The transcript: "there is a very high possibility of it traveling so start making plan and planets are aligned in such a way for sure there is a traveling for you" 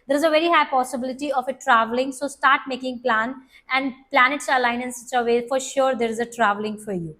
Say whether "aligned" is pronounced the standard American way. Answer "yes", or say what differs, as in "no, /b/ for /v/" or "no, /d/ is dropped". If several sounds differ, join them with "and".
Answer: no, /d/ is dropped